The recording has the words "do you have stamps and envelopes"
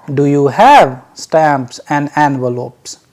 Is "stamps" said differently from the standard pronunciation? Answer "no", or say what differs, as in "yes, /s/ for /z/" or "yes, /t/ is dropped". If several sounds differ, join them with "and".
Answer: no